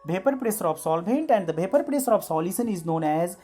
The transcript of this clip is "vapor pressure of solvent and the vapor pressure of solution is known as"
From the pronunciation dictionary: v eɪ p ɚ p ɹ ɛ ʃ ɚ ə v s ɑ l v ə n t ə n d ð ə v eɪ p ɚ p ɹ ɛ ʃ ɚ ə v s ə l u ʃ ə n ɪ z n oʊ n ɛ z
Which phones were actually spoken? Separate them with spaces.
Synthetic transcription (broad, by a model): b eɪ p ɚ p ɹ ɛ s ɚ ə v s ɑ l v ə n t ə n d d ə b eɪ p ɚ p ɹ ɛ s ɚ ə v s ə l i s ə n ɪ z n oʊ n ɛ z